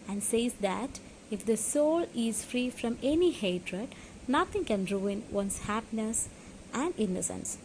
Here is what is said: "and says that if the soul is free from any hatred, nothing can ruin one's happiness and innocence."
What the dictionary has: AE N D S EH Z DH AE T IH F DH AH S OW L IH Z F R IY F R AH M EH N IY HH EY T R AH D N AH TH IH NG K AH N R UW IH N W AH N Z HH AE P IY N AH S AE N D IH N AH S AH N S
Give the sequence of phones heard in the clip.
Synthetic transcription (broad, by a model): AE N D S EH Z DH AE T IH F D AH S OW L IH Z F R IY F R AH M EH N IY HH EY T R AH D N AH T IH NG K AH N R UW IH N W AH N S HH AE P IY N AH S AE N D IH N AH S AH N S